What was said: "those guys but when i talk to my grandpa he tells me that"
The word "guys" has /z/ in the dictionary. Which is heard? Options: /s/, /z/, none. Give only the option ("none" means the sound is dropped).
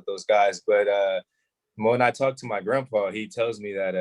/z/